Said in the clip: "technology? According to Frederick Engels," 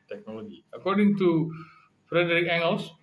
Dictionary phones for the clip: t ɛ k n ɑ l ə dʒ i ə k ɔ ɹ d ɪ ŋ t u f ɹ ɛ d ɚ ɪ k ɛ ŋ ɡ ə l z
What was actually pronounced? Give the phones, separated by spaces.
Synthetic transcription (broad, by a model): t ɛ k n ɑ l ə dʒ i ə k ɔ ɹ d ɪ ŋ t u f ɹ ɛ d ɚ ɪ k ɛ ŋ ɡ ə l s